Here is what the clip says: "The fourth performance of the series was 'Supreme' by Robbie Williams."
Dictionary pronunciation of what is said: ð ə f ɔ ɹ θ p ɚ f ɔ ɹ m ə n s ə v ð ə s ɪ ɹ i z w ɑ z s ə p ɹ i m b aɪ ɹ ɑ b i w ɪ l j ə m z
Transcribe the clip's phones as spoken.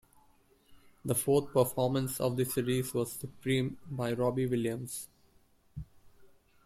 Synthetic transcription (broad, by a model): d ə f ɔ ɹ t p ɚ f ɔ ɹ m ə n s ə v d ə s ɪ ɹ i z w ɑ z s ə p ɹ i m b aɪ ɹ ɑ b i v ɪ l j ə m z